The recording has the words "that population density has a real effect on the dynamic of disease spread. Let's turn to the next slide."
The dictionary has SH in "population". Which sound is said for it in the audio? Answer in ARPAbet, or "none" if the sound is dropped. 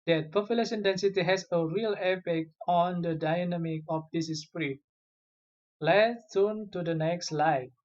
S